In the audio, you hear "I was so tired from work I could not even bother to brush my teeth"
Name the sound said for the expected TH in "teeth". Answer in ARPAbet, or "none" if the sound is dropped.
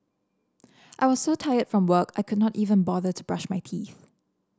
TH